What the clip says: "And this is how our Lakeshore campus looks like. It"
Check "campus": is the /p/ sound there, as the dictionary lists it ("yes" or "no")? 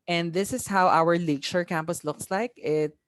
yes